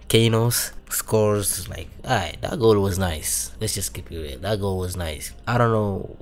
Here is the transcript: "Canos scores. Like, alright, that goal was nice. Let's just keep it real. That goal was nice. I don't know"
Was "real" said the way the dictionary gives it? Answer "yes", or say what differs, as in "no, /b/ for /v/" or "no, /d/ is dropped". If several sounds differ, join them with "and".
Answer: no, /w/ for /ɹ/